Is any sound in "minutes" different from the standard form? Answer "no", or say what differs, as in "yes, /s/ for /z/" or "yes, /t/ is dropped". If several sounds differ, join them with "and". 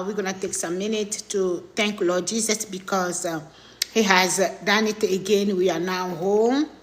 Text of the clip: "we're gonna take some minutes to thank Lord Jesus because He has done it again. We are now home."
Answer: yes, /s/ is dropped